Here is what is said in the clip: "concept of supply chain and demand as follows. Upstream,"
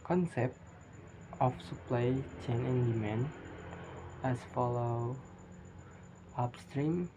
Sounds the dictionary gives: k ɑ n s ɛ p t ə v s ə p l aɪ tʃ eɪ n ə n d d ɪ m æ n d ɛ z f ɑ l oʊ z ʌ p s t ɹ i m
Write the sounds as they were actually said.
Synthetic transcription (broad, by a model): k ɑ n s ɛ p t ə f s ə p l aɪ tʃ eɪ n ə n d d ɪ m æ n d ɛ s f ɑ l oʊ ʌ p s t ɹ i m